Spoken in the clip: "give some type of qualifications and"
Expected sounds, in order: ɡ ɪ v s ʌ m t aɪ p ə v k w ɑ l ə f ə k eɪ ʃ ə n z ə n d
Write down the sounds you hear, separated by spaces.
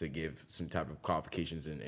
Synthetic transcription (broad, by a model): ɡ ɪ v s ʌ m t aɪ p ə v k w ɑ l ə f ə k eɪ ʃ ə n z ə n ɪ